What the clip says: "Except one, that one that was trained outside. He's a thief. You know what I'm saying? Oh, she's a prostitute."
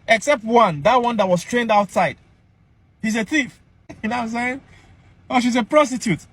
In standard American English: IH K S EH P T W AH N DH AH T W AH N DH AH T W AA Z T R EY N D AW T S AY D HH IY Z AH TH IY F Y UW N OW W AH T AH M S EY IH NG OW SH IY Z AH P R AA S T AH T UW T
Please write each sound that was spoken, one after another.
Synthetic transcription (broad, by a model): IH K S EH P T W AH N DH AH T W AH N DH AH T W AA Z T R EY N D AW T S AY D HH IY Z AH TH IY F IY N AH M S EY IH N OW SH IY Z AH P R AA S T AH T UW T